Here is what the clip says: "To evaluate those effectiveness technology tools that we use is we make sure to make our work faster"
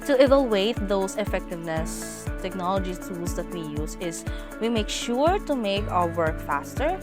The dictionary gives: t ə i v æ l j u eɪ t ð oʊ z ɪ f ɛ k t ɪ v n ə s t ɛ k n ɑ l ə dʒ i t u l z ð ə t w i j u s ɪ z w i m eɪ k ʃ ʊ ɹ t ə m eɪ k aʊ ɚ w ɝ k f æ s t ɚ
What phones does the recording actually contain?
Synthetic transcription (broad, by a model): t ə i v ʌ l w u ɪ t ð oʊ s ɪ f ɛ k t ɪ v n ə s t ɛ k n ɑ l ə dʒ i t u l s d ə t w i j u s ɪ s w i m eɪ k ʃ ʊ ɹ t ə m eɪ k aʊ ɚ w ɝ k f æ s t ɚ